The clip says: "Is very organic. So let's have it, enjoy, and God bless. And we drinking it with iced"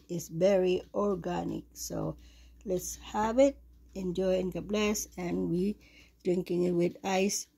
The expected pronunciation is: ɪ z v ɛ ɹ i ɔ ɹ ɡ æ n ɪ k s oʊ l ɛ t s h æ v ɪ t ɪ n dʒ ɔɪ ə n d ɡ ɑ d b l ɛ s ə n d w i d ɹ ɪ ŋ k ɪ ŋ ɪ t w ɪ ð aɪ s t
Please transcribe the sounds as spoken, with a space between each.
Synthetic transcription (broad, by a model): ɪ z v ɛ ɹ i ɔ ɹ ɡ æ n ɪ k s oʊ l ɛ t s h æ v ɪ t ɪ n dʒ ɔɪ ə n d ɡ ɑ b l ɛ s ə n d w i d ɹ ɪ ŋ k ɪ ŋ ɪ t w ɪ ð aɪ s